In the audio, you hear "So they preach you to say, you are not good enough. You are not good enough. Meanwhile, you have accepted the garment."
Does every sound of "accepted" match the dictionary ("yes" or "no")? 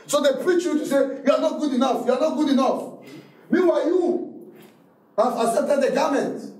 no